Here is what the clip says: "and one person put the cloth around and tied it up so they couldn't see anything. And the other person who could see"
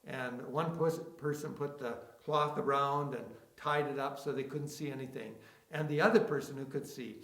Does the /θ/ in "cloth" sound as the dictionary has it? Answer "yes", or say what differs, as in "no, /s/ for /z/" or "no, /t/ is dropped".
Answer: yes